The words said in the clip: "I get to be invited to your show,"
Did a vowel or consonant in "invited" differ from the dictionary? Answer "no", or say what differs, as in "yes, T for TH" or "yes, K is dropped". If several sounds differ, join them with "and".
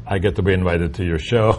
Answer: no